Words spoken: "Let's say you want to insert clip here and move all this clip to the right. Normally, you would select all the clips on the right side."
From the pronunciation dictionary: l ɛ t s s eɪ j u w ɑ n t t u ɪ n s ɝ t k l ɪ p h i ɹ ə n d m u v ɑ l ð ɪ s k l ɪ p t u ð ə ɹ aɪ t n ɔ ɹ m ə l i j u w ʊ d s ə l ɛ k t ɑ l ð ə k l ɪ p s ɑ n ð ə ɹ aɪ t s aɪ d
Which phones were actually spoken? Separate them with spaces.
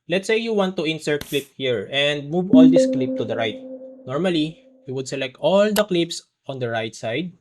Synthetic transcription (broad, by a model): l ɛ t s s eɪ j u w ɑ n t t u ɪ n s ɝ k l ɪ p h i ɹ ə n d m u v ɑ l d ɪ s k l ɪ p t u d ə ɹ aɪ t n ɔ ɹ m ə l i j u w ʊ d s ə l ɛ k t ɑ l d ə k l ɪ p s ɑ n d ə ɹ aɪ t s aɪ d